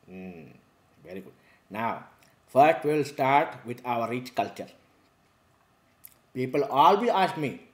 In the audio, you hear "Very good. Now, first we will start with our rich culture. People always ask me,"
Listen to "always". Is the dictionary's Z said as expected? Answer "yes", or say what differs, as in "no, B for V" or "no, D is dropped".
no, Z is dropped